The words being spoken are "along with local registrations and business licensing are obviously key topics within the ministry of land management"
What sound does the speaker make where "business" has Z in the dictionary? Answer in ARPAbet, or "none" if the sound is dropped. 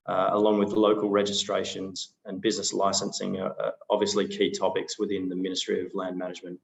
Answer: Z